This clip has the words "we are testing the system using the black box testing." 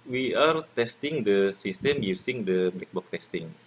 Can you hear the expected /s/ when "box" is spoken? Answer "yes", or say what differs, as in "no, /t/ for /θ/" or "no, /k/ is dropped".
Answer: no, /s/ is dropped